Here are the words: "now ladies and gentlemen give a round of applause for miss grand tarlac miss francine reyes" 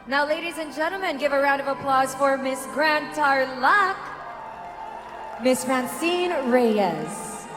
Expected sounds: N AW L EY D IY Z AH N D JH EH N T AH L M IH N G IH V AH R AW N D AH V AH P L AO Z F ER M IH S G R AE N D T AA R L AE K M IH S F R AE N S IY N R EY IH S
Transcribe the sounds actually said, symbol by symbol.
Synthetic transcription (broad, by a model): N AW L EY D IY Z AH N JH EH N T L M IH N G IH V AH R AW N D AH V AH P L AO Z F ER M IH S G R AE N T AA R L AE K M IH S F R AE N S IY N R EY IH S